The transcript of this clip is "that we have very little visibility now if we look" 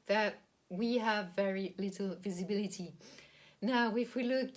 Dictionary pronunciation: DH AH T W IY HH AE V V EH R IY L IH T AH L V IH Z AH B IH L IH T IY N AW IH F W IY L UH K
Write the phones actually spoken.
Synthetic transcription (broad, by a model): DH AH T W IY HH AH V V EH R IY L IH T L V IH Z AH B IH L IH T IY N AW IH F W IY L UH K